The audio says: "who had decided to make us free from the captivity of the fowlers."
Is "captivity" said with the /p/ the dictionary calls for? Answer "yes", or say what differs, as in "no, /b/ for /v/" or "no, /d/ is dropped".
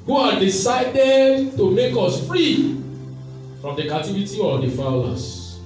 no, /p/ is dropped